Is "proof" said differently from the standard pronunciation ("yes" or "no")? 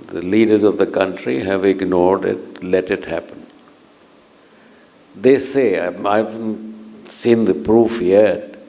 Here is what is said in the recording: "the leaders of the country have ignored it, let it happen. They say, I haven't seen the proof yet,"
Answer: no